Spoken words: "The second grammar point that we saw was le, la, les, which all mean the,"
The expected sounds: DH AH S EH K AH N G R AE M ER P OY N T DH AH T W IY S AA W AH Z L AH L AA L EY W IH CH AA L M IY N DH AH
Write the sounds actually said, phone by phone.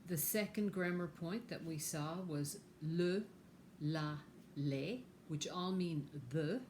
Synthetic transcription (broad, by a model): DH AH S EH K AH N G R AE M ER P OY N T DH AH T W IY S AA W AH Z L AH L AA L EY W IH CH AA L M IY N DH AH